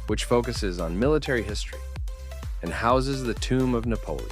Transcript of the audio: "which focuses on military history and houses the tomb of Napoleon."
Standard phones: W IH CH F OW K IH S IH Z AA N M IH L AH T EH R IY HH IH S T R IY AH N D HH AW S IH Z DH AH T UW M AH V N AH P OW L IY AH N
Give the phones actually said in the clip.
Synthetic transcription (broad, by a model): W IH CH F OW K IH S IH Z N M IH L AH T EH R IY HH IH S T R IY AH N HH AW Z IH Z DH AH T UW M AH V N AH P OW L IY